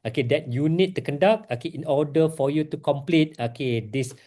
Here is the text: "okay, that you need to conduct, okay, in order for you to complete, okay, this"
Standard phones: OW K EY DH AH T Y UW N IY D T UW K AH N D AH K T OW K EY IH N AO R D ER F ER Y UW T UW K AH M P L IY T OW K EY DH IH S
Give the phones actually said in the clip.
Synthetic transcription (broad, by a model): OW K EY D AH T Y UW N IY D T UW K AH N D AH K OW K EY IH N AO D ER F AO Y UW T UW K AH M P L IY T OW K EY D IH S